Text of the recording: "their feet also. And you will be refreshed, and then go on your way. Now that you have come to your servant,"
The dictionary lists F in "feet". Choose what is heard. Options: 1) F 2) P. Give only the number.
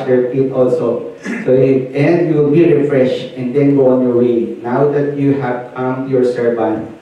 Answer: 2